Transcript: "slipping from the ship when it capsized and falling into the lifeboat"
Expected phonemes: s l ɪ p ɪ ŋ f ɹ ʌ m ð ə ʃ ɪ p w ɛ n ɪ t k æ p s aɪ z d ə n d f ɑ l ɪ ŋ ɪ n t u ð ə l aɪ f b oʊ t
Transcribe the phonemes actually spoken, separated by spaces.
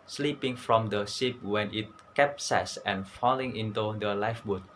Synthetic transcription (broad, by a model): s l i p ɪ ŋ f ɹ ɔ m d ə s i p w ɛ n ɪ t k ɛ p s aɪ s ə n f ɑ l ɪ ŋ ɪ n t u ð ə l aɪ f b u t